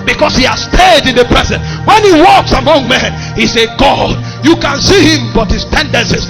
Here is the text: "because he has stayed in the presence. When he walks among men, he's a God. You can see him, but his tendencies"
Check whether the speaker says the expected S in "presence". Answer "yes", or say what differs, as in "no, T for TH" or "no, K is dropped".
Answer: no, S is dropped